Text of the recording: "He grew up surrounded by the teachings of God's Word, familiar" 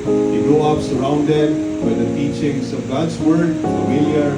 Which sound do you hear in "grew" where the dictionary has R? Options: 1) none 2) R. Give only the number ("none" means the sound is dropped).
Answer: 1